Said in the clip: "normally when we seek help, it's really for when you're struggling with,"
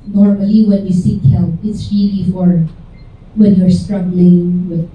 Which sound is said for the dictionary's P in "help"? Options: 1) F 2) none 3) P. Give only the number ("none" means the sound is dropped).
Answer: 2